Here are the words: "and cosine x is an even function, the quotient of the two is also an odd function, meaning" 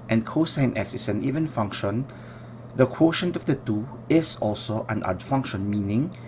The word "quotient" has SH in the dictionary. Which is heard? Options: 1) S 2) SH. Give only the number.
2